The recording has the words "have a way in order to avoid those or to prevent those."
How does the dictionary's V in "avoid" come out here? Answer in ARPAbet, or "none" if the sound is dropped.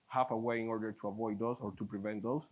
V